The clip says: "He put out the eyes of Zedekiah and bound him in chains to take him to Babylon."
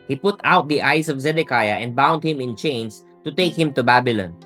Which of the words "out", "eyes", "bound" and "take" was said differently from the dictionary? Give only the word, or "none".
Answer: eyes